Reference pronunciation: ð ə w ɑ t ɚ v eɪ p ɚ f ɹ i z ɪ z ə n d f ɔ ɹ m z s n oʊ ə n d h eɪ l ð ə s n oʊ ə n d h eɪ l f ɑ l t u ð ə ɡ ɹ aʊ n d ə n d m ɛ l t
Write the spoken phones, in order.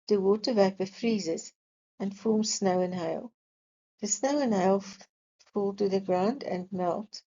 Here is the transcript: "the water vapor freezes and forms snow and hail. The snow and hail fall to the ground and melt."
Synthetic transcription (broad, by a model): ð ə w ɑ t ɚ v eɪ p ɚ f ɹ i z ɪ z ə n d f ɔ ɹ m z s n oʊ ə n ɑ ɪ l ð ə s n oʊ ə n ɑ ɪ l f ɑ l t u ð ə ɡ ɹ aʊ n d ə n m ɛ l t